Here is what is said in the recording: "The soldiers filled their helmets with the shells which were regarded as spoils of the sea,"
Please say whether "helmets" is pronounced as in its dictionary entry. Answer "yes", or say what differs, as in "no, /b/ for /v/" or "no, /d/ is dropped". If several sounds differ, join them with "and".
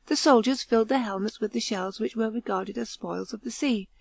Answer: yes